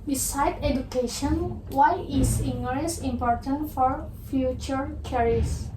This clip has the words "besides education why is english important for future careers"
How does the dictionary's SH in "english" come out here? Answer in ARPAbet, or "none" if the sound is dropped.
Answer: S